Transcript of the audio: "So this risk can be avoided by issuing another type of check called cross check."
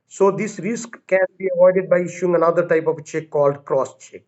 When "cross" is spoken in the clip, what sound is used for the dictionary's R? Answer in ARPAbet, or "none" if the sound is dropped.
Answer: R